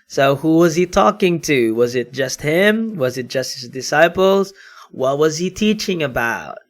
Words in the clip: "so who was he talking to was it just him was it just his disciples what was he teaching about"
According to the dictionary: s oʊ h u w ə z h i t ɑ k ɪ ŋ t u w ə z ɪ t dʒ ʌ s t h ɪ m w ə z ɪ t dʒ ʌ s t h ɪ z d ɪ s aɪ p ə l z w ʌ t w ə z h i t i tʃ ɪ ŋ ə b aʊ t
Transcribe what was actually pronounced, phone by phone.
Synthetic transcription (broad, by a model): s oʊ h u w ə z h i t ɑ k ɪ ŋ t u w ə z ɪ t dʒ ʌ s t h ɪ m w ə z ɪ t dʒ ʌ s t h ɪ z d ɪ s aɪ p l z w ʌ t w ə z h i t i tʃ ɪ ŋ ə b aʊ t